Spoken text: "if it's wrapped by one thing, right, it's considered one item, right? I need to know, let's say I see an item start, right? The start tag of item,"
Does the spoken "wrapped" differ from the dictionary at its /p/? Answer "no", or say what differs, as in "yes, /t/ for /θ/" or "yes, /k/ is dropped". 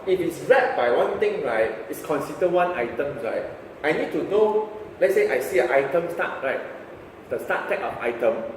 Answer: yes, /p/ is dropped